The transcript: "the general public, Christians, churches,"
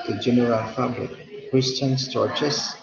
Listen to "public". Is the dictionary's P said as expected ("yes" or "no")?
no